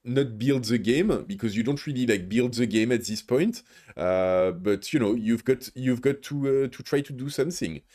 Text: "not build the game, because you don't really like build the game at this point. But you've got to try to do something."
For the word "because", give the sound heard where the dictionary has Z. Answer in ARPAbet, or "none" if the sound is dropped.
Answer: Z